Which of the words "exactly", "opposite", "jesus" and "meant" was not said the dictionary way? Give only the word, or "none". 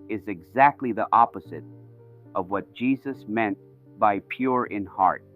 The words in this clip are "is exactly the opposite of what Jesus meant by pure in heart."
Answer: none